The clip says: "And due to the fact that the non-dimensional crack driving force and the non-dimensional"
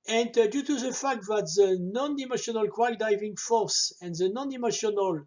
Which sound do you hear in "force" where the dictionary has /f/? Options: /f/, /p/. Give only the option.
/f/